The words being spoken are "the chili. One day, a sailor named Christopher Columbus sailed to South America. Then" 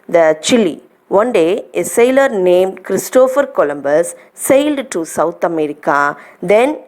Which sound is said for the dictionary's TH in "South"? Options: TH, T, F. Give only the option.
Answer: T